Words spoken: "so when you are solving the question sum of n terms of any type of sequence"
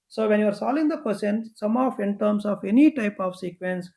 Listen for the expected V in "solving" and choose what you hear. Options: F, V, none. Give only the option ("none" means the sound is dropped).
none